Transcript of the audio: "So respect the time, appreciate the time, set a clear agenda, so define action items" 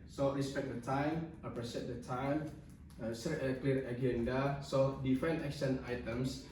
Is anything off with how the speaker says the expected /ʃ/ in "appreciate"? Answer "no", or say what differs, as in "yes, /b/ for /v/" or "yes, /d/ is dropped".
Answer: yes, /s/ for /ʃ/